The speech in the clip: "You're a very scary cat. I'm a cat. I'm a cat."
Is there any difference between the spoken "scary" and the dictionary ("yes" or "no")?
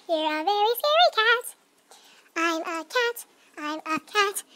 yes